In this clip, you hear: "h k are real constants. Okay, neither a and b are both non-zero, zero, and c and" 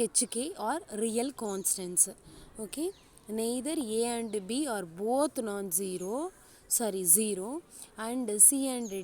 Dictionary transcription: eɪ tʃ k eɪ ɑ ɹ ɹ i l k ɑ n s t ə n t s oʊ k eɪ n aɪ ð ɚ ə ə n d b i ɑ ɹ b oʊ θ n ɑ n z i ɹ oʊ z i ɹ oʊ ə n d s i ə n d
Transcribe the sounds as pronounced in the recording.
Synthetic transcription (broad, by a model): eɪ tʃ k eɪ ɑ ɹ ɹ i l k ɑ n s t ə n s oʊ k eɪ n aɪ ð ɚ ə ə n d b i ɑ ɹ b oʊ t n ɑ n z i ɹ oʊ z i ɹ oʊ ə n d s i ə n d